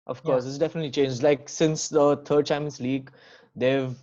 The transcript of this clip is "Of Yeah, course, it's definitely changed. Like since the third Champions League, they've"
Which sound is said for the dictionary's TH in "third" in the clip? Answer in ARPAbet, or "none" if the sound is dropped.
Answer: T